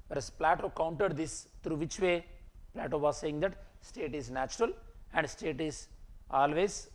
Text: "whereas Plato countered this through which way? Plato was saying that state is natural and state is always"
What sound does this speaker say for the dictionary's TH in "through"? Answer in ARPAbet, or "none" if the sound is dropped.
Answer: T